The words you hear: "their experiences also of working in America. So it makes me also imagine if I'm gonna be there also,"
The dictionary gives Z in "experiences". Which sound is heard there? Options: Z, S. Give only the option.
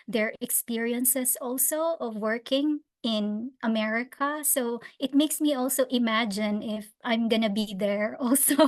S